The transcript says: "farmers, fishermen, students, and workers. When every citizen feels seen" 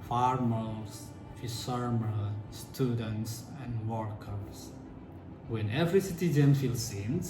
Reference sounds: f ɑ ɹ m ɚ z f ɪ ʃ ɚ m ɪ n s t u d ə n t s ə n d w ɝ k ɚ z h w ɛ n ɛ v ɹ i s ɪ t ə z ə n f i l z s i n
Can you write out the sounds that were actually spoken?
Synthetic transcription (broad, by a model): f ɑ ɹ m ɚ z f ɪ s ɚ m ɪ l s t u d ə n t s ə n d w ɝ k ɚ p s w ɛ n ɛ v ɹ i s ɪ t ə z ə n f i l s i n